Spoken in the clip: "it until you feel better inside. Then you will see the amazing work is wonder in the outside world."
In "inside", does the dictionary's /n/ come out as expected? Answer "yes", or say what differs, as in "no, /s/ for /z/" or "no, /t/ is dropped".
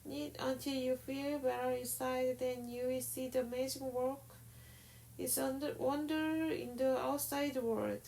no, /n/ is dropped